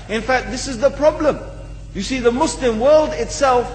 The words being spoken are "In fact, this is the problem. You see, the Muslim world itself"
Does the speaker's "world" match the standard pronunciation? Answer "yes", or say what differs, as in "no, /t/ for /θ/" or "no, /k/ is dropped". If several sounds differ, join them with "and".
yes